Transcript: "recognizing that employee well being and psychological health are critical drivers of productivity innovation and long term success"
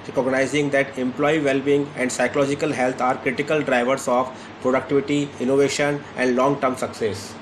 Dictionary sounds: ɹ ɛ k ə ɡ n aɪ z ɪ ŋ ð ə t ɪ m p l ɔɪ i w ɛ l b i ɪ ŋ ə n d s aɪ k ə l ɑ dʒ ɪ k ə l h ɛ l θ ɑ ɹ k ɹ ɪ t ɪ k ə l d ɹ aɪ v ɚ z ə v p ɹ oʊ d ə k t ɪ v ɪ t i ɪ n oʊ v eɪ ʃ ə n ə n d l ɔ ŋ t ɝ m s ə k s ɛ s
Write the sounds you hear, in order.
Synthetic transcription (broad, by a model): ɹ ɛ k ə ɡ n aɪ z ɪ ŋ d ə t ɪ m p l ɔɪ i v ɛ l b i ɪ ŋ ə n d s aɪ k ə l ɑ dʒ ɪ k ə l h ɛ l t ɑ ɹ k ɹ ɪ t ɪ k ə l d ɹ aɪ v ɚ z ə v p ɹ oʊ d ə k t ɪ v ɪ t i ɪ n oʊ v eɪ ʃ ə n ə n d l ɔ ŋ t ɝ m s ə k s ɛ s